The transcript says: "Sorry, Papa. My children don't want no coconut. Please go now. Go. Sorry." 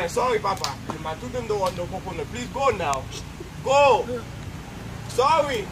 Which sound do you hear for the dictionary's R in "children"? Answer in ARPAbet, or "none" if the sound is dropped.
none